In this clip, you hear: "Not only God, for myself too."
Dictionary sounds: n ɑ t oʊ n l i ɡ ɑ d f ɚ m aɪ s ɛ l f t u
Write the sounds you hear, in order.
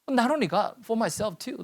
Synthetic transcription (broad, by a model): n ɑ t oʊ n i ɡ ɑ f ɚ m aɪ s ɛ l f t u